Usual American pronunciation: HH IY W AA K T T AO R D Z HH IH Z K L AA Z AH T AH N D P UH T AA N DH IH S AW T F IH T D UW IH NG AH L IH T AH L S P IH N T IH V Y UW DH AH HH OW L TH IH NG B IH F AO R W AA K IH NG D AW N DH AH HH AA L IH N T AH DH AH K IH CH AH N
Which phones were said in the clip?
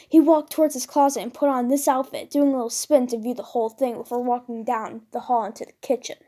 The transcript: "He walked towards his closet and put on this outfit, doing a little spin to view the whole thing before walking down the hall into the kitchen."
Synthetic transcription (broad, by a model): HH IY W AA K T T AO R D Z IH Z K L AA Z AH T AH N P UH T N DH IH S AW T F IH T D UW IH NG AH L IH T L S P IH N T IH V Y UW DH AH HH OW L TH IH NG B IH F AO R W AA K IH NG D AW N DH AH HH AA L IH N T AH DH AH K IH CH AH N